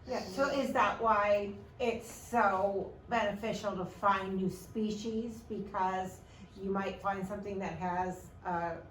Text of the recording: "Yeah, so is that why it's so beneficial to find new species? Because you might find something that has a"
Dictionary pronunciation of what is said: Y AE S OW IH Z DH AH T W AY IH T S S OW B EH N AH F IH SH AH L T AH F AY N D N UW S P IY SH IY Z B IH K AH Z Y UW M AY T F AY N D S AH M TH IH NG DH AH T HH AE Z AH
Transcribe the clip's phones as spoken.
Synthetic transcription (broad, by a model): Y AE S OW IH Z DH AH T W AY IH T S S OW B EH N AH F IH SH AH L T AH F AY N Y UW S P IY SH IY Z B IH K AH Z Y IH M AY T F AY N D S AH M TH IH NG DH AH T HH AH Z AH